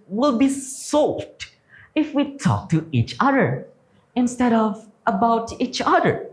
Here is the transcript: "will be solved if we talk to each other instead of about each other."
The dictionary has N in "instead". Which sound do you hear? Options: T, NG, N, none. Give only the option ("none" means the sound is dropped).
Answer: N